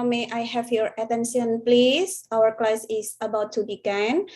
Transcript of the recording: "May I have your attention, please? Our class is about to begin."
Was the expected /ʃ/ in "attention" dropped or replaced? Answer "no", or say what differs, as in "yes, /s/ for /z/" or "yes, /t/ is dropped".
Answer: yes, /s/ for /ʃ/